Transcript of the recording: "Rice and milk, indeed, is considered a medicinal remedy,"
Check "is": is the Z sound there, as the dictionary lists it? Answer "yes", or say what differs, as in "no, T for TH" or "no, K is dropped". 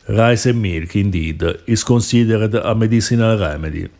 no, S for Z